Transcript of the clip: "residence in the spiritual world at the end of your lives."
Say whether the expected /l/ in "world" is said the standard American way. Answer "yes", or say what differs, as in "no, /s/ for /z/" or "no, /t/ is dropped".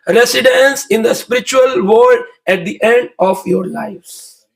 no, /l/ is dropped